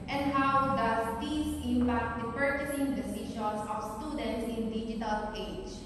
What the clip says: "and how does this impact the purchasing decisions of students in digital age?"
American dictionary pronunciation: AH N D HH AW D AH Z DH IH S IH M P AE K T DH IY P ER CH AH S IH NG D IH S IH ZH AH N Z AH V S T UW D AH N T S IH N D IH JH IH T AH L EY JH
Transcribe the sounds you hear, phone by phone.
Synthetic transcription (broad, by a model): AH N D HH AW D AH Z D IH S IH M P AE K T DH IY P ER CH AH S IH NG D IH S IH SH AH N S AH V S T UW D AH N T S IH N D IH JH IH T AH L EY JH